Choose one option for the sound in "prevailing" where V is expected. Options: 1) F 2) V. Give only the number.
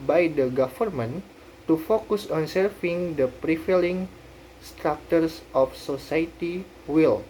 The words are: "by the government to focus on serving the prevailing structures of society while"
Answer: 1